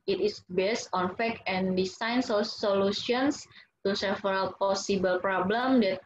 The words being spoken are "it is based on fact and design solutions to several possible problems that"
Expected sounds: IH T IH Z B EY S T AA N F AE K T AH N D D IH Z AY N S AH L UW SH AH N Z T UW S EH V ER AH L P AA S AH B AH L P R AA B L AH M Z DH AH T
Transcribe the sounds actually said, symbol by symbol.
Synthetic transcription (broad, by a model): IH T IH S B EY S T AA N F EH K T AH N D D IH S AY N S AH L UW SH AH N S T UW S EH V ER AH L P AA S AH B AH L P R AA B L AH M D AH T